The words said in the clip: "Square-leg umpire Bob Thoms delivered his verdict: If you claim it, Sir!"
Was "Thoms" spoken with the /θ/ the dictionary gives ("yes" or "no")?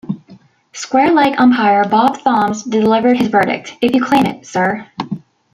yes